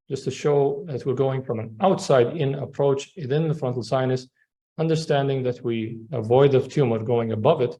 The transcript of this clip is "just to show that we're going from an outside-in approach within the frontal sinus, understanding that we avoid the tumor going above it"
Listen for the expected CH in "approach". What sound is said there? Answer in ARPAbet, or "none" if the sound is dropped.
CH